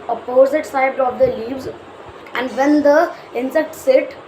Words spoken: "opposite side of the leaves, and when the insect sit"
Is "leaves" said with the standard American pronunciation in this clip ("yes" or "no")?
yes